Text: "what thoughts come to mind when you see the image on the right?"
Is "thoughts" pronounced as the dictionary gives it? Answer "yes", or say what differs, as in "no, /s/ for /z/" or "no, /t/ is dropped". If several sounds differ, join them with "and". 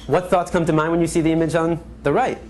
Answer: yes